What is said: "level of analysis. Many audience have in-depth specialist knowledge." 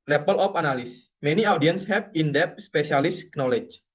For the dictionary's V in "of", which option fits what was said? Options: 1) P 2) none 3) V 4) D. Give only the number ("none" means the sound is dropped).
1